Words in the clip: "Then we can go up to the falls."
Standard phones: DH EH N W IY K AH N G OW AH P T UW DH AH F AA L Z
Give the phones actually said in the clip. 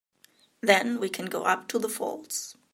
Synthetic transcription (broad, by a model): DH EH N W IY K AH N G OW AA P T UW DH AH F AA L S